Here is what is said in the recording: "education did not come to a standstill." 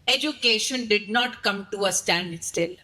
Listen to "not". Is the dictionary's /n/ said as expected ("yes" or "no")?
yes